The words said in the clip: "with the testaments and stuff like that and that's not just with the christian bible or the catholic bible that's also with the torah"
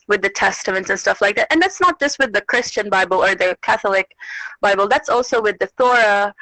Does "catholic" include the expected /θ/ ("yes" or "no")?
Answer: yes